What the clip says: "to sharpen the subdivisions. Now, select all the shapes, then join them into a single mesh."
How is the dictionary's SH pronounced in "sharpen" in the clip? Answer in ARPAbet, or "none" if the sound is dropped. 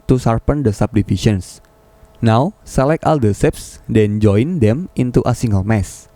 S